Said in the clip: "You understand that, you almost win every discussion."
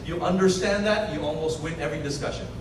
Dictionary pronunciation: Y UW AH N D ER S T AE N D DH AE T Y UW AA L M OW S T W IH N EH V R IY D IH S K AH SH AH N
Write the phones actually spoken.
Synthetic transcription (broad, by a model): Y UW AH N D ER S T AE N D DH AE T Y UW AA L M OW S T W IH N EH V R IY D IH S K AH SH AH N